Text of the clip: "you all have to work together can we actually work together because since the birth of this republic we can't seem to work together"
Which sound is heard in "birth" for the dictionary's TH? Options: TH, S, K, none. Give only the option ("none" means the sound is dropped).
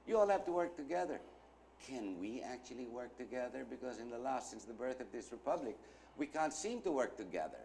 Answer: TH